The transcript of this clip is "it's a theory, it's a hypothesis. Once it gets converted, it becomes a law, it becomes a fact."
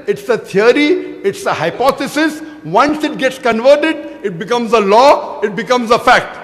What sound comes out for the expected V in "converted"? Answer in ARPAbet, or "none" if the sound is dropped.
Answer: V